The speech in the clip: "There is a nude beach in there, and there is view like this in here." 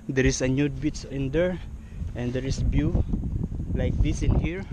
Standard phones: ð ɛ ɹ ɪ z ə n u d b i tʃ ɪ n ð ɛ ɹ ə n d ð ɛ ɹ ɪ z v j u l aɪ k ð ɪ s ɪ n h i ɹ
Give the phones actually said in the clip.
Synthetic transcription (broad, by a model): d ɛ ɹ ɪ s ə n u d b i s ɪ n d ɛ ɹ ə n d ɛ ɹ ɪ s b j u l aɪ k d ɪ s ɪ n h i ɹ